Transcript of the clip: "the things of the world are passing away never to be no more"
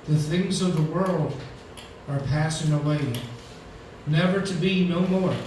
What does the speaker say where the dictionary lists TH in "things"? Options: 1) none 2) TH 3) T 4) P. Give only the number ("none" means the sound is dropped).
2